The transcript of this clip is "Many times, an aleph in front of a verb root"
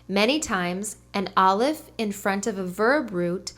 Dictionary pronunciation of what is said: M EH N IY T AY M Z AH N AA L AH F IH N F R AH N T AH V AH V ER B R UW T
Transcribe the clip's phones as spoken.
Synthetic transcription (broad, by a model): M EH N IY T AY M Z AH N AA L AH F IH N F R AH N T AH V AH V ER B R UW T